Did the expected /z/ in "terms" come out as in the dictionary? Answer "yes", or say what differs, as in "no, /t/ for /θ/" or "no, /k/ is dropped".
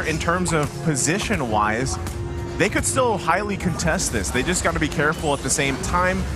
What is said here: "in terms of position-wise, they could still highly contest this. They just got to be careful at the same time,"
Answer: yes